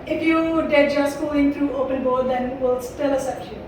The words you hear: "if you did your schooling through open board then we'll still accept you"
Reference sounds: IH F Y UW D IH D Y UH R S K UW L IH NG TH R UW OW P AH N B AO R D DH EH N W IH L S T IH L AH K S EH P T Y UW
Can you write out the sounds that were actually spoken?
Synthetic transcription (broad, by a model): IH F Y UW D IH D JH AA S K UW IH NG T R UW OW P AH N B AO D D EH N W IH L S T IH L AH S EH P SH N